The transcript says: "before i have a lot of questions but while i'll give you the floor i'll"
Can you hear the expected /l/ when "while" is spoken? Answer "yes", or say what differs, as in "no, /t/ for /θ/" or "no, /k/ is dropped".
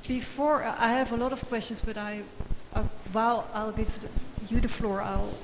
no, /w/ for /l/